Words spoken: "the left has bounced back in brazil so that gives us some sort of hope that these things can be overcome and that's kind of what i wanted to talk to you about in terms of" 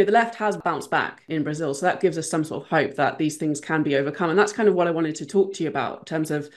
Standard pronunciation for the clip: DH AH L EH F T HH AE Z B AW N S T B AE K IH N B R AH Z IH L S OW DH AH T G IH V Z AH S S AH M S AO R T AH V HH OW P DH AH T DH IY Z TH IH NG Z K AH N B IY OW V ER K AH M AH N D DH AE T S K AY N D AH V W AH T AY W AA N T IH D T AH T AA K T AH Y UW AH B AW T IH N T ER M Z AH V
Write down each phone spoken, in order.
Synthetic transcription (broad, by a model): DH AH L EH F T HH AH Z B AW N S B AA K IH N B R AH Z IH L S OW DH AH T G IH V Z AH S S AH M S AO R T AH V HH OW P DH AH T DH IY Z TH IH NG Z K AH N B IY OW V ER K AH M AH N DH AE T S K AY N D AH V W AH T AY W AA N T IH D T AH T AA K T AH Y UW AH B AW T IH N T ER M Z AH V